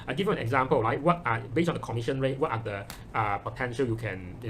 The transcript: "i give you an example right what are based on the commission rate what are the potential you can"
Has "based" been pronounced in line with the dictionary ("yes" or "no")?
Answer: no